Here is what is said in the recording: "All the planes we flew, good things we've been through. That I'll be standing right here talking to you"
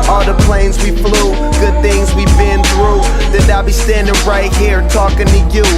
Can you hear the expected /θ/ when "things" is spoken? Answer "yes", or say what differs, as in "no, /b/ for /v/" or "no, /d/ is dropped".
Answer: yes